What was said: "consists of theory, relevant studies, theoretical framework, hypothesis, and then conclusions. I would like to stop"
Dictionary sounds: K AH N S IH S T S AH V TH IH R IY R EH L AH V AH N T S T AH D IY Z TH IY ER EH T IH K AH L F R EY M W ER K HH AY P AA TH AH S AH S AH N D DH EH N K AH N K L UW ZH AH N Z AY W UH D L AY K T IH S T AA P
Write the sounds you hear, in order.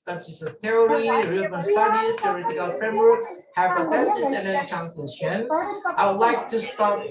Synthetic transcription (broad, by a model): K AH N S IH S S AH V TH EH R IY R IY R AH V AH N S S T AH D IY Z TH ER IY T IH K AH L F R EY M W ER K HH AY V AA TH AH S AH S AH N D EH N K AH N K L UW S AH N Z AY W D L AY K T IH S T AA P